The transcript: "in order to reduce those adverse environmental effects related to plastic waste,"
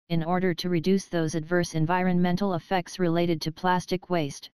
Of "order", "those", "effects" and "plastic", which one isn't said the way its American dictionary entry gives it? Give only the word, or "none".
none